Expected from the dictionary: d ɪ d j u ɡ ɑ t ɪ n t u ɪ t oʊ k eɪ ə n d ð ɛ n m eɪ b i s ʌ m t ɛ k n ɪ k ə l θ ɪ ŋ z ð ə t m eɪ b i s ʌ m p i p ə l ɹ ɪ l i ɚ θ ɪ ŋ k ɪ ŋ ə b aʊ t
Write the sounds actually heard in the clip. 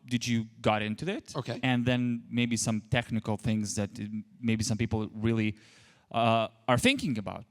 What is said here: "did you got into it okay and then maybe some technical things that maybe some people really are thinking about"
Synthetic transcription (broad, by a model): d ɪ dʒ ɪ ɡ ɑ t ɪ n t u ɪ t oʊ k eɪ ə n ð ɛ n m eɪ b i s ʌ m t ɛ k n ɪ k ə l θ ɪ ŋ z ð ə t m eɪ b i s ʌ m p i p l ɹ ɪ l i ɚ θ ɪ ŋ k ɪ ŋ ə b aʊ t